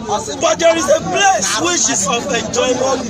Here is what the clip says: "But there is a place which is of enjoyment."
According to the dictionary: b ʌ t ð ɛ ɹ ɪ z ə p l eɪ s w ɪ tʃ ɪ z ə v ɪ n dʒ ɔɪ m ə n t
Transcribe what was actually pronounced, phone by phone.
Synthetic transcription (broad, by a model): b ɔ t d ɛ ɹ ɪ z ə p l eɪ s w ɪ ʃ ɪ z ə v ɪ n dʒ ɔɪ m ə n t